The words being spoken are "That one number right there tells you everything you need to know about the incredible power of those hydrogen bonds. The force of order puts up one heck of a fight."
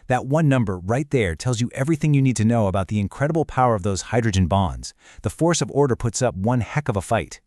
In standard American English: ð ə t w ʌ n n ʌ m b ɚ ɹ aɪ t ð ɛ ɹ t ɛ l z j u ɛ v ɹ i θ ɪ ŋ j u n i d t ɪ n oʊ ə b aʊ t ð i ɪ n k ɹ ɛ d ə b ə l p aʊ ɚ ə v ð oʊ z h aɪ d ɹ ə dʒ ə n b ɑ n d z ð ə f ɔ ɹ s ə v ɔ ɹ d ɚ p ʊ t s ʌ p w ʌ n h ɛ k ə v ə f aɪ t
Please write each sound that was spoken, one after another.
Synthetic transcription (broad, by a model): ð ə t w ʌ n n ʌ m b ɚ ɹ aɪ t ð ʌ ɹ t ɛ l z j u ɛ v ɹ i θ ɪ ŋ j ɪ n i d t ɪ n oʊ ə b aʊ t ð i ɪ n k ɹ ɛ d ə b l p aʊ ɚ ə v ð oʊ z h aɪ d ɹ ə dʒ ə n b ɑ n d z ð ə f ɔ ɹ s ə v ɔ ɹ d ɚ p ʊ t s ʌ p w ʌ n h ɛ k ə v ə f aɪ t